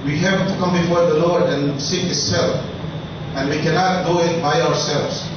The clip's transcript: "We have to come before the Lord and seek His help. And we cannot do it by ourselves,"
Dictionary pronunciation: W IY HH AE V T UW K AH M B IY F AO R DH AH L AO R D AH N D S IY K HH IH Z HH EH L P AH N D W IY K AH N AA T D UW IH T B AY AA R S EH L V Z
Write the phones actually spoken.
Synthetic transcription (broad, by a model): W IY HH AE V T UW K AH M B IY F AO R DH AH L AO R D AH N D S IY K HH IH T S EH L F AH N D W IY K AH N AA T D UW IH T B AY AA R S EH L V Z